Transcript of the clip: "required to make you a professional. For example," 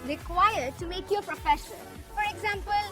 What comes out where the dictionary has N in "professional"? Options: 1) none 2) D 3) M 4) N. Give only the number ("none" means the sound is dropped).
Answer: 1